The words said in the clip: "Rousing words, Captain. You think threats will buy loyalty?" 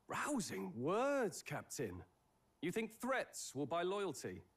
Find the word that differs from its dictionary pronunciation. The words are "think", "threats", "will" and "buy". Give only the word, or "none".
none